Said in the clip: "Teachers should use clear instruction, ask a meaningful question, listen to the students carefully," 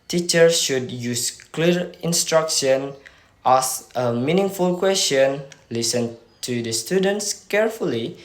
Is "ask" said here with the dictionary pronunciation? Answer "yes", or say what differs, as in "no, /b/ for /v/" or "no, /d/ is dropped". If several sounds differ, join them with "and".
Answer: no, /k/ is dropped